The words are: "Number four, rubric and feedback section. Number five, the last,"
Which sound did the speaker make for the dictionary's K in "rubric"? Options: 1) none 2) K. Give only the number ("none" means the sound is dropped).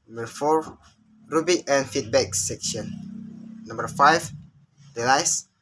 1